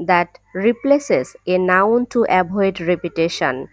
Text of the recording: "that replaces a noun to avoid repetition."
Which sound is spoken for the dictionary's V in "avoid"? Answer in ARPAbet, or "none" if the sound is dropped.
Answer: B